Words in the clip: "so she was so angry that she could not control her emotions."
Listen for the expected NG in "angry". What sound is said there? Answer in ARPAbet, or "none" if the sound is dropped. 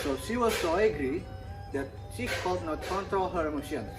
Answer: none